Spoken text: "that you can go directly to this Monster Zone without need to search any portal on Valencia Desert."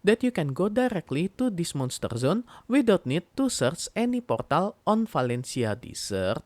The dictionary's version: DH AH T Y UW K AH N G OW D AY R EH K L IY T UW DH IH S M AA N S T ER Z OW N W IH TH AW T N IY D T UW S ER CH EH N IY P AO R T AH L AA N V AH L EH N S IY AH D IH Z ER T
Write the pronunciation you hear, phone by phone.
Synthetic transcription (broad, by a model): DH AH T Y UW K AH N G OW D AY R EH K L IY T UW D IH S M AA N S T ER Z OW N W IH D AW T N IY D T UW S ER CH EH N IY P AO R T AH L AA N F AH L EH N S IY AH D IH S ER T